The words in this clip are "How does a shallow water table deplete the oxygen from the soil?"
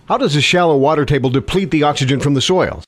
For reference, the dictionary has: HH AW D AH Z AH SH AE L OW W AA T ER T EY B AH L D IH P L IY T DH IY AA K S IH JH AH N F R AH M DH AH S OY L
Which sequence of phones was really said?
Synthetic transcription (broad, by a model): HH AW D AH Z AH SH AE L OW W AA T ER T EY B L D IH P L IY T DH IY AA K S IH JH AH N F R AH M DH AH S OY L